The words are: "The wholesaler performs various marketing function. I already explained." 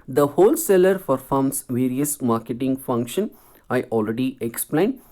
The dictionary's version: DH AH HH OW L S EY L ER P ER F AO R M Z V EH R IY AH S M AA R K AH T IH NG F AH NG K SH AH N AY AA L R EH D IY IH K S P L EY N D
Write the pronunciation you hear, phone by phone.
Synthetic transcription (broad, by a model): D AH HH OW L S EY L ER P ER F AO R M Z V EH R IY AH S M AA R K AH T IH NG F AH NG K SH AH N AY AA L R EH D IY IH K S P L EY N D